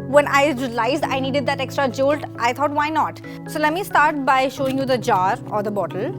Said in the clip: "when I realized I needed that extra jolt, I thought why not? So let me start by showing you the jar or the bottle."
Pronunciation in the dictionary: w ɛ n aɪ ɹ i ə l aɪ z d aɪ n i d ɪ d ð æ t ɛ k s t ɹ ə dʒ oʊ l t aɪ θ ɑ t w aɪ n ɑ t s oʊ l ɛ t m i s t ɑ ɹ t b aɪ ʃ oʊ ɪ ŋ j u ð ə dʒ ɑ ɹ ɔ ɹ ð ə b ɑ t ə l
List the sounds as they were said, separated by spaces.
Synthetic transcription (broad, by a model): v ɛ n aɪ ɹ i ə l aɪ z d aɪ n i d ɪ d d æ t ɛ k s t ɹ ə dʒ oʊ l t aɪ t ɑ t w aɪ n ɑ t s oʊ l ɛ t m i s t ɑ ɹ t b aɪ ʃ oʊ ɪ ŋ j u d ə dʒ ɑ ɹ ɔ ɹ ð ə b ɑ t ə l